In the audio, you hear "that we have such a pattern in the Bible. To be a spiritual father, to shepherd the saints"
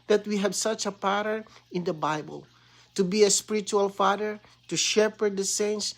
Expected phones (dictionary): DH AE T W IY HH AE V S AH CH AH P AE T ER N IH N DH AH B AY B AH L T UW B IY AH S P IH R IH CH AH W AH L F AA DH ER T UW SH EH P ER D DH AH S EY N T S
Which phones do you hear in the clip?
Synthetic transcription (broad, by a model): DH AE T W IY HH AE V S AH CH AH P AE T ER IH N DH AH B AY B AH L T UW B IY AH S P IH R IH CH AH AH L F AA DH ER T UW SH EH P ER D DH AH S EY N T S